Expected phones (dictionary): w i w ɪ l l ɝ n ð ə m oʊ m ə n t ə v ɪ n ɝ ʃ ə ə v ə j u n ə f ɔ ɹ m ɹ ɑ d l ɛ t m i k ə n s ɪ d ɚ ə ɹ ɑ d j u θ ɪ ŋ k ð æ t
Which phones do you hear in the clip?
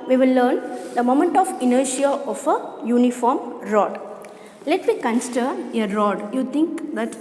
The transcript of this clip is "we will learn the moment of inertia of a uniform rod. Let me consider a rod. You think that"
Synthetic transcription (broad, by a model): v i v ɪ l l ɝ n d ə m oʊ m ə n t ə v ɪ n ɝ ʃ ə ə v ə j u n ə f ɔ ɹ m ɹ ɑ d l ɛ t m i k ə n s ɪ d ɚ ə ɹ ɑ d j u t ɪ ŋ k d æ t